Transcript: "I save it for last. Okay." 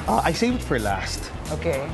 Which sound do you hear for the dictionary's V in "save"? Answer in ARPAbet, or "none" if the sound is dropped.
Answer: W